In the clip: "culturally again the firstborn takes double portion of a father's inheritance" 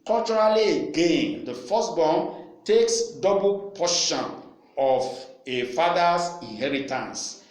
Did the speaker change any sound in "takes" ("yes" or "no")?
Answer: no